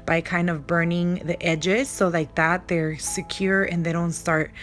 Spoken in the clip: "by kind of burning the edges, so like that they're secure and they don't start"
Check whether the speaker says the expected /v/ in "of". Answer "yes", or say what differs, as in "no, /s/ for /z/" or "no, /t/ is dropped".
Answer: yes